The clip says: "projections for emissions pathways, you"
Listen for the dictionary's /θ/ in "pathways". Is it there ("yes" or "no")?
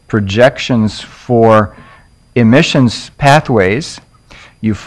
yes